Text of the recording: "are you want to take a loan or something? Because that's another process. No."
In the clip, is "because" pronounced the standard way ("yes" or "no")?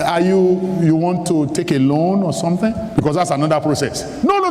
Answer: no